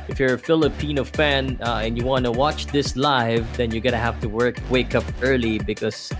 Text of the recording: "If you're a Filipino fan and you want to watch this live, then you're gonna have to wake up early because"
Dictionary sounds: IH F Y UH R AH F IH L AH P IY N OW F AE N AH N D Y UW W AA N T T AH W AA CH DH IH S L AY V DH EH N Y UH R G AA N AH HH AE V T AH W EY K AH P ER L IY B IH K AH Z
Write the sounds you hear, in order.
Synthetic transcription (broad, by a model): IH F Y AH R AH F IH L AH P IY N OW F AE N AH N Y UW W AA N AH W AA CH DH IH S L AY V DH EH N Y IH G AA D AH HH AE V T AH W EY K AH P ER L IY B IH K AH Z